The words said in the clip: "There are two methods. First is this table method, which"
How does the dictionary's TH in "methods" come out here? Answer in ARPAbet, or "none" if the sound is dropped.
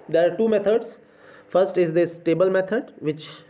T